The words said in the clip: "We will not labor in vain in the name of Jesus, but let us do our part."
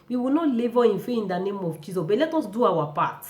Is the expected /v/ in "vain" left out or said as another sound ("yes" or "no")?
yes